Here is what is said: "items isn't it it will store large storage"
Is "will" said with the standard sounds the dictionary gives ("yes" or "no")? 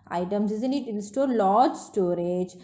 no